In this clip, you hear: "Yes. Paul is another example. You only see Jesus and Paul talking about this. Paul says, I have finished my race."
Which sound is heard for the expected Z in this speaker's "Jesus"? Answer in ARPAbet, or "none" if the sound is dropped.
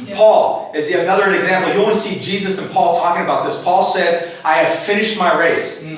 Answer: Z